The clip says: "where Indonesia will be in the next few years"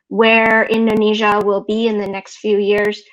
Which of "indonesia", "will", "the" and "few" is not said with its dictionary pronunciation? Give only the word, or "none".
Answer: none